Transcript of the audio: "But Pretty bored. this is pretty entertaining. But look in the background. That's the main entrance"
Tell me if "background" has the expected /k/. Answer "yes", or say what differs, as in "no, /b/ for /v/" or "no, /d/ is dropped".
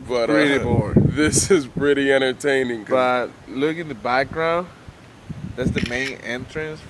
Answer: yes